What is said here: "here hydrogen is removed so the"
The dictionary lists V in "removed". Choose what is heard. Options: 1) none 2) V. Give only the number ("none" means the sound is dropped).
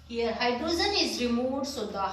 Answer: 1